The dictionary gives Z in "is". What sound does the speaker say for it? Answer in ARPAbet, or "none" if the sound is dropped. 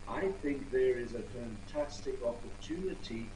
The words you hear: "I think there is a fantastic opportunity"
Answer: Z